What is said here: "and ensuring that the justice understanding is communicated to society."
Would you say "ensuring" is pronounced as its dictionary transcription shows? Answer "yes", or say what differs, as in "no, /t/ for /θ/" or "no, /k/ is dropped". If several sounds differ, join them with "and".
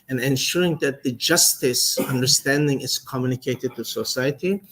yes